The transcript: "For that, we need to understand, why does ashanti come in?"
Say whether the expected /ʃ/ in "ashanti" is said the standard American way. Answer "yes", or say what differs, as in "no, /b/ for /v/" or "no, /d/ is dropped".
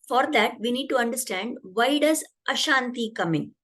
yes